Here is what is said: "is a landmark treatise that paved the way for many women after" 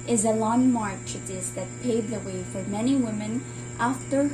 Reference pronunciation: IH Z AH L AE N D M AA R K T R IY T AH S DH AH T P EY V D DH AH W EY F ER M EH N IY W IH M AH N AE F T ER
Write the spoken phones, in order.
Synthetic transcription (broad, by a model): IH Z AH L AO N M AA R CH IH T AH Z DH AH T P EY D DH AH W EY F ER M EH N IY W IH M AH N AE F T ER